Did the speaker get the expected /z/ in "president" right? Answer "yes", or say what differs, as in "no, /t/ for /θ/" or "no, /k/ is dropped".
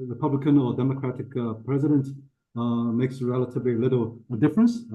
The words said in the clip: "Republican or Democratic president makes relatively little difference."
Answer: yes